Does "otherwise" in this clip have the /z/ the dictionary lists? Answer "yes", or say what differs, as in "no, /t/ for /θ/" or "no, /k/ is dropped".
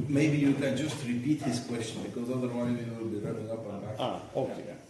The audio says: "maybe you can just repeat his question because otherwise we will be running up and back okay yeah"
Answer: yes